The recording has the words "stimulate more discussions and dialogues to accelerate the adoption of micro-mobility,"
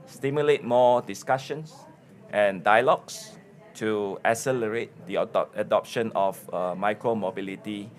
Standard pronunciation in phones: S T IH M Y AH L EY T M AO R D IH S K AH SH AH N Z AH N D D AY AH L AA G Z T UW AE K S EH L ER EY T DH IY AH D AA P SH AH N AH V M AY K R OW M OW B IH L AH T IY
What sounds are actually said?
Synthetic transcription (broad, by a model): S T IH M Y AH L EY T M AO D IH S K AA SH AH N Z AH N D D AY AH L AA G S T UW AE S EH L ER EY T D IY AH D AA P SH AH N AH F M AY K R OW M OW B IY L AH T IY